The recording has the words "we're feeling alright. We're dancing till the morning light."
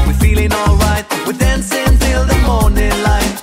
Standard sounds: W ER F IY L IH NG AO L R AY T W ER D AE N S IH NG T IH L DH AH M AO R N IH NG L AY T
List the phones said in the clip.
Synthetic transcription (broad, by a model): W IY F IY L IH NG AO L R AY T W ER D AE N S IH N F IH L DH AH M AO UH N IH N L AY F